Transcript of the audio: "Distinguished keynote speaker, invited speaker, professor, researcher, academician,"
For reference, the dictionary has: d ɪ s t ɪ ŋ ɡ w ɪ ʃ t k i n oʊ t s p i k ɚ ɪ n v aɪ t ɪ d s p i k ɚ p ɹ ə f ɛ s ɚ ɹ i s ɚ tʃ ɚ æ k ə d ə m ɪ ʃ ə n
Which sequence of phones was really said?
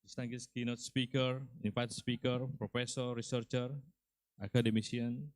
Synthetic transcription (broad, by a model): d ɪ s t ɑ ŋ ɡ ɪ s k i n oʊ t s p i k ɚ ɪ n p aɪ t s p i k ɚ p ɹ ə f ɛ s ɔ ɹ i s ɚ tʃ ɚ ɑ k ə d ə m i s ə n